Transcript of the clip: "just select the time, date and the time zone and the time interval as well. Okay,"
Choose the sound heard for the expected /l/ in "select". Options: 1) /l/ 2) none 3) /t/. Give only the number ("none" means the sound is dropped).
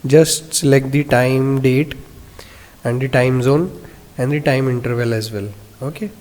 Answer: 2